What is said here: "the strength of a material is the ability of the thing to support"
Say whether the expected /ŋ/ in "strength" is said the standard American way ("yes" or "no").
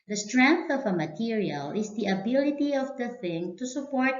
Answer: yes